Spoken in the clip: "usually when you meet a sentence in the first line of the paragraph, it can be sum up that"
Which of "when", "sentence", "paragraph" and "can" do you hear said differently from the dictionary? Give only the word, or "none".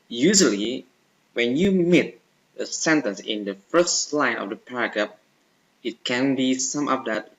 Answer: paragraph